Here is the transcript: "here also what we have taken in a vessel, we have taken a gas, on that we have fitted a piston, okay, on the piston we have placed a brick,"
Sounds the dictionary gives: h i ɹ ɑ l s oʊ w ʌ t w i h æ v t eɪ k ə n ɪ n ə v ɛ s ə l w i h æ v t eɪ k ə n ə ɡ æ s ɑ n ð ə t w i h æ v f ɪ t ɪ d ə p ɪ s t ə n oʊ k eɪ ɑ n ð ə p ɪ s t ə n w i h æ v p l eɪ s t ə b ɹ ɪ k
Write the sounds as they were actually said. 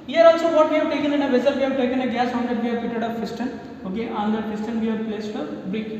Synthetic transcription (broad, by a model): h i ɹ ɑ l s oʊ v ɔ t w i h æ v t eɪ k ə n ɪ n ə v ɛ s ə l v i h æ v t eɪ k ə n ə ɡ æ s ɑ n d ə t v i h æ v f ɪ t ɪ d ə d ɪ s t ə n oʊ k eɪ ɑ n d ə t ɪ s t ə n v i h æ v p l eɪ s t ə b ɹ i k